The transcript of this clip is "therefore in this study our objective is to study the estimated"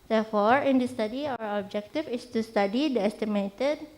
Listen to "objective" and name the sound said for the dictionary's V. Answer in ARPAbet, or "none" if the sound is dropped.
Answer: F